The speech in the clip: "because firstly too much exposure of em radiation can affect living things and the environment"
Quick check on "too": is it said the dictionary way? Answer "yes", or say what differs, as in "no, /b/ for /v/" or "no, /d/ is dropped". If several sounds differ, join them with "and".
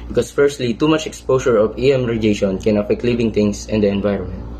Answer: yes